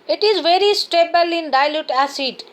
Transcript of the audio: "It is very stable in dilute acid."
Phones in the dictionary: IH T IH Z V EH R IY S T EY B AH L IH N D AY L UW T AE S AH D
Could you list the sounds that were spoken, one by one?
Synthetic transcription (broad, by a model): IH T IH Z V EH R IY S T EY B AH L IH N D AY L UW T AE S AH D